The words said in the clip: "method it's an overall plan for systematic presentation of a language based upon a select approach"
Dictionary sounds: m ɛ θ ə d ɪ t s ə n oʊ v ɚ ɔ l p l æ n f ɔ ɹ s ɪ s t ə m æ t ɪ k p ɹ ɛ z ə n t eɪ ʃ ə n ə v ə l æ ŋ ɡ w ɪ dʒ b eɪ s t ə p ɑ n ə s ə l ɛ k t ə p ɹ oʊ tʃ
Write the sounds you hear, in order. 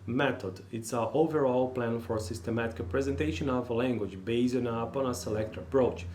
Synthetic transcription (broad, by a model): m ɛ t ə d ɪ t s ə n oʊ v ɚ ɔ l p l æ n f ɔ ɹ s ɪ s t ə m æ t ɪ k p ɹ ɛ z ə n t eɪ ʃ ə n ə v ə l æ ŋ ɡ w ɪ dʒ b eɪ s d ə p ɑ n ə s ə l ɛ k t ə p ɹ oʊ tʃ